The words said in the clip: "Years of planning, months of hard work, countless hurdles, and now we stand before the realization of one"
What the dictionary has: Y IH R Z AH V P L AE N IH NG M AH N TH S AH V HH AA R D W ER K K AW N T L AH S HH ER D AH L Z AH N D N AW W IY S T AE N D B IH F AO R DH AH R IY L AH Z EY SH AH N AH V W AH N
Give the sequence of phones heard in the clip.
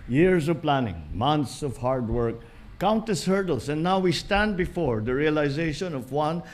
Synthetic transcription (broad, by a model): Y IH R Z AH V P L AE N IH NG M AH N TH S AH V HH AA R D W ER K K AW N T AH S HH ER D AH L S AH N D N AW W IY S T AE N D B IH F AO R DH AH R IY L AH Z EY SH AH N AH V W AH N